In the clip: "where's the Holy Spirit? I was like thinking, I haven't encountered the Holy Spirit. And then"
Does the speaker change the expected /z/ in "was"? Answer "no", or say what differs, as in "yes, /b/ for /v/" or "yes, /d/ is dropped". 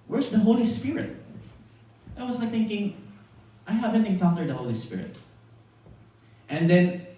yes, /s/ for /z/